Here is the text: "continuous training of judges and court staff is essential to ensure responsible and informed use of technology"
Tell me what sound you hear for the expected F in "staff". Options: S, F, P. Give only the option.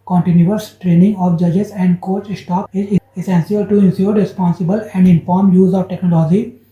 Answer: P